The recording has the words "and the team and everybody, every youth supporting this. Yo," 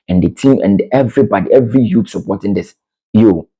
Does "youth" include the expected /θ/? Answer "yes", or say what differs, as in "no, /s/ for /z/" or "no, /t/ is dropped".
no, /t/ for /θ/